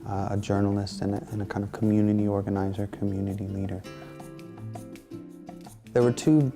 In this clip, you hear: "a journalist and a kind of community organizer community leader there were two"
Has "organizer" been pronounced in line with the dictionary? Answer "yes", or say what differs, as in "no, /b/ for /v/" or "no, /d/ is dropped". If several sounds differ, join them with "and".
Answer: yes